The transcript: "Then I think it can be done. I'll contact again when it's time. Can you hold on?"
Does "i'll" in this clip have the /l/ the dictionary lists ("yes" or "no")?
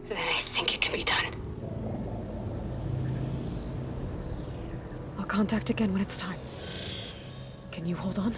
yes